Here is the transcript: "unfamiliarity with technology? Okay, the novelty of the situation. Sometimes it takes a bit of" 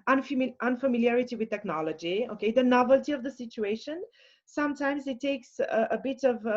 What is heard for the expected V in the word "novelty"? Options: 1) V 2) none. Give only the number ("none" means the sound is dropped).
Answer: 1